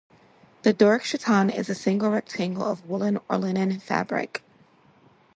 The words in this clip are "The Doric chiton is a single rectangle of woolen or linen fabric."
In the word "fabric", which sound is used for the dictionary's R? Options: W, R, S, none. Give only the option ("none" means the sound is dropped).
R